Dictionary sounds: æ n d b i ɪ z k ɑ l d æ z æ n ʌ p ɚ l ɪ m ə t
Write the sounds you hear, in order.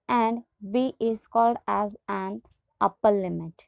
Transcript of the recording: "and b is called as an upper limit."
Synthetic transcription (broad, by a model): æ n d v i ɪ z k ɑ l d æ z æ n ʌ p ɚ l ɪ m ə t